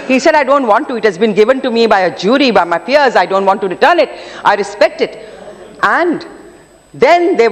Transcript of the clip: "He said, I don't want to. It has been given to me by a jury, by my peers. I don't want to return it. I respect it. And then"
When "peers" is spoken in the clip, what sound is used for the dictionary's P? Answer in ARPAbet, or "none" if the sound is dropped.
F